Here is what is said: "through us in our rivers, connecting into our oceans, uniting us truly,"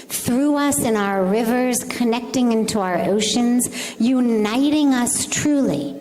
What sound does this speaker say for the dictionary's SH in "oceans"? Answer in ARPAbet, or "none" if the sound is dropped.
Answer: SH